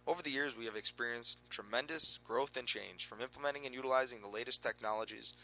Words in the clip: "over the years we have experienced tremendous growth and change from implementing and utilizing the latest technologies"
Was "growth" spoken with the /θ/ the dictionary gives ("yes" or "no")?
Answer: yes